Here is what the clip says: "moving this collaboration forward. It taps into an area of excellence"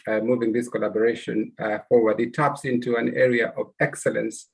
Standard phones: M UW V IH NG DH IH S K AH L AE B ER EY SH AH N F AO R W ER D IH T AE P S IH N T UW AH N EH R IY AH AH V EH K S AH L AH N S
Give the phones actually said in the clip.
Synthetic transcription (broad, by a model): M UW V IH NG DH IH S K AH L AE B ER EY SH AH N F AO R W ER D IH T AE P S IH N T UW AH N EH R IY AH AH V EH K S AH L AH N S